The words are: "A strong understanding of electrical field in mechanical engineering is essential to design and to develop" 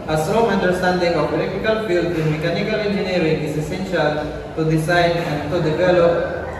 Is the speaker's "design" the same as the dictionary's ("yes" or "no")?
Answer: no